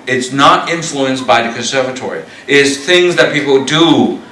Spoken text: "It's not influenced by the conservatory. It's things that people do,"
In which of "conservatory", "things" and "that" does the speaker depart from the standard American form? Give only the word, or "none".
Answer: none